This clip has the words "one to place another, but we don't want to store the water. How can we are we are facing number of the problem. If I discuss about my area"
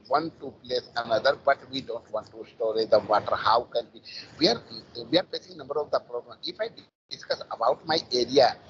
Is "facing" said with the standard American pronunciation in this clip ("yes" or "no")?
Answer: no